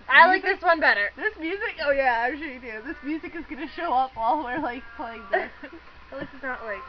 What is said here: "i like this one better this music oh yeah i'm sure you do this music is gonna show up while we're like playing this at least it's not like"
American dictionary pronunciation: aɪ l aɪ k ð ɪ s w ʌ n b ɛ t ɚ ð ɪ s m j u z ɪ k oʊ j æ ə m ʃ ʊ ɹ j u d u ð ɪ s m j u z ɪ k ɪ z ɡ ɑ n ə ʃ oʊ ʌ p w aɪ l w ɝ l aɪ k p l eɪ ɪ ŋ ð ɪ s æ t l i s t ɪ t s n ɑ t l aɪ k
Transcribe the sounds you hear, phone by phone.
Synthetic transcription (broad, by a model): aɪ l aɪ k ð ɪ s w ʌ n b ɛ t ɚ ð ɪ s m j u z ɪ k oʊ j æ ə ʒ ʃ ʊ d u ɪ ð ɪ s m j u z ɪ k ɪ z ɡ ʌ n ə ʃ oʊ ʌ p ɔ l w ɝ l aɪ k p l eɪ ɪ ŋ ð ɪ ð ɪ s ɪ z n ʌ t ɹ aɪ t